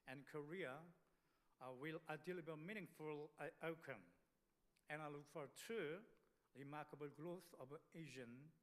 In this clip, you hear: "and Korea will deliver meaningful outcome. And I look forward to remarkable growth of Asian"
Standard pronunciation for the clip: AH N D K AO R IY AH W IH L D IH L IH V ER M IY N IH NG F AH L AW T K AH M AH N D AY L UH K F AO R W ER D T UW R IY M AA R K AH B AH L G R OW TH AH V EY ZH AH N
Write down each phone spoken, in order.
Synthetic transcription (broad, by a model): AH N K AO R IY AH W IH L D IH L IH B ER M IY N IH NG F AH L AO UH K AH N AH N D AY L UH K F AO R T UW R IY M AA R K AH B AH L G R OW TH AH V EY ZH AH N